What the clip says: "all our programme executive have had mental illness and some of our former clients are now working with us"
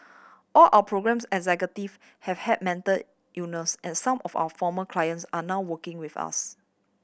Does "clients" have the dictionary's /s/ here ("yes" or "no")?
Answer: yes